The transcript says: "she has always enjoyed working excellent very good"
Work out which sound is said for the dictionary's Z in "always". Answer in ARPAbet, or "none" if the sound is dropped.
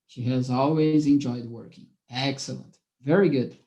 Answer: Z